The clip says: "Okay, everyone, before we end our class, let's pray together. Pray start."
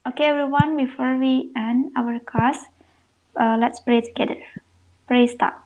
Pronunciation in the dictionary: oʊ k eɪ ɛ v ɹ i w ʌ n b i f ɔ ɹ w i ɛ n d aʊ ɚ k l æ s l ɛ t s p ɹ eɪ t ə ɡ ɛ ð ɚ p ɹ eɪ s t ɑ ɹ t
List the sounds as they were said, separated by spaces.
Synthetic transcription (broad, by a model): oʊ k eɪ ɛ v ɹ i w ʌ n b i f ɔ ɹ w i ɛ n aʊ ɚ k ɑ s l ɛ t s p ɹ eɪ t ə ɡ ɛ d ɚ p ɹ eɪ s t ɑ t